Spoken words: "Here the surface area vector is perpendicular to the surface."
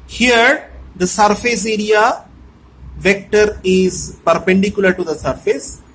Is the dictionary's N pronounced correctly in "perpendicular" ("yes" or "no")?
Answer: yes